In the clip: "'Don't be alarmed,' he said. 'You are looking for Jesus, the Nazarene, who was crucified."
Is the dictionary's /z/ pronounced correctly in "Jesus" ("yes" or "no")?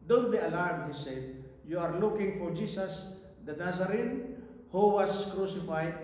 no